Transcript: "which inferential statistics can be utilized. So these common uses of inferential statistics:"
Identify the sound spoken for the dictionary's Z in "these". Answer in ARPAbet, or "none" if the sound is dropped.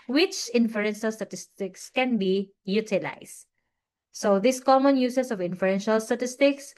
S